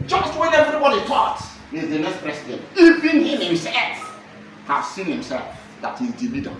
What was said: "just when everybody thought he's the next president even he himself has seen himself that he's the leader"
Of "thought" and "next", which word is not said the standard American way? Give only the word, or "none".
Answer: thought